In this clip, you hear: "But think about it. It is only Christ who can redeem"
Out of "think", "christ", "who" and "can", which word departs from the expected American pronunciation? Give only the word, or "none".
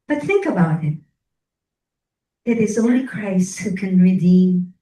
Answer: none